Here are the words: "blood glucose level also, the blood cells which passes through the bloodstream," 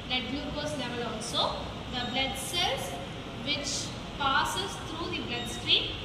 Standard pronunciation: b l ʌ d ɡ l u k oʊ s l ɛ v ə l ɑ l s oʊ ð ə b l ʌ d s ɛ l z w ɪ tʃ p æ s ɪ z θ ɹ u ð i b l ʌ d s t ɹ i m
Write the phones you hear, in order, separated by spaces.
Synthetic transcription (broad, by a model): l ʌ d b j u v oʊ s l ɛ v ə l ɑ l s oʊ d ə b l ʌ d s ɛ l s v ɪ tʃ p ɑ s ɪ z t ɹ u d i b l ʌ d s t ɹ i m